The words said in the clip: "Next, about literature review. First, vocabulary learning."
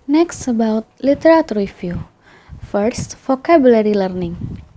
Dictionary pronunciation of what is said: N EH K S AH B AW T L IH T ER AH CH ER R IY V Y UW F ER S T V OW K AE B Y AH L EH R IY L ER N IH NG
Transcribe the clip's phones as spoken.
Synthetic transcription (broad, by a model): N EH K S AH B AW T L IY T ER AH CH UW R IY F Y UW F ER S T F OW K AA B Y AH L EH R IY L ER N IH NG